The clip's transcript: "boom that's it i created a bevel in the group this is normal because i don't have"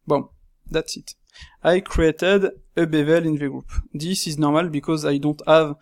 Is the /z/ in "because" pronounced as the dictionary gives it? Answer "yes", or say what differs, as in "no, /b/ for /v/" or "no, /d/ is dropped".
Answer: yes